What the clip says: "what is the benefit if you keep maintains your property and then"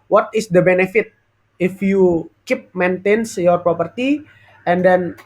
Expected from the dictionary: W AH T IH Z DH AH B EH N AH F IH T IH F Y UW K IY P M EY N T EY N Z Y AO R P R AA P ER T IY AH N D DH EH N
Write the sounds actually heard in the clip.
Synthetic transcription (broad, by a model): W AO T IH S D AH B EH N AH F IH T IH F Y UW K IY P M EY N T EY N S Y AO R P R AA P ER T IY AH N D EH N